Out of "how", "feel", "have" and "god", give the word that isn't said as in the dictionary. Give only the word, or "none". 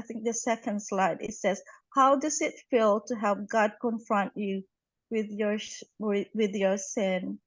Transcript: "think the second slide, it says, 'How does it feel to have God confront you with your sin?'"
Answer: have